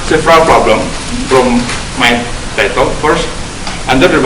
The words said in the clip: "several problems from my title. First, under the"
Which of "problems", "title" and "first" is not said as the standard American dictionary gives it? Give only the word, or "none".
problems